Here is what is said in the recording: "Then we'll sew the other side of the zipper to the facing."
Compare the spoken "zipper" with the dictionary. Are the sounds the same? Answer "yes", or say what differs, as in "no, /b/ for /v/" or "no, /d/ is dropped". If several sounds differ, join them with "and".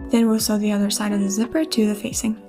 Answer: yes